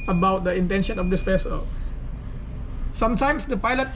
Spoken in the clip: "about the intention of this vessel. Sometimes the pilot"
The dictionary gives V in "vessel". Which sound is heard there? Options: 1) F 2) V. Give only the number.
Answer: 1